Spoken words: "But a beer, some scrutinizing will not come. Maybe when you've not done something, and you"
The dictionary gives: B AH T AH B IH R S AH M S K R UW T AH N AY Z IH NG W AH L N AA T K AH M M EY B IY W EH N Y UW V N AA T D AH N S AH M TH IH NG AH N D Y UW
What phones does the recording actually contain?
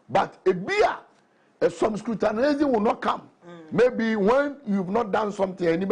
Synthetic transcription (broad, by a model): B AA T AH B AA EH S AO M S K R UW T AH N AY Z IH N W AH N AA T K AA M M EY B IY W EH N Y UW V N AA T D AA N S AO M T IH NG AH N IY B